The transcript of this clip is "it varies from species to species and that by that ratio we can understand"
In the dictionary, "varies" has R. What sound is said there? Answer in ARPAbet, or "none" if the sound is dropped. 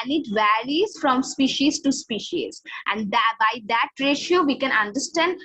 L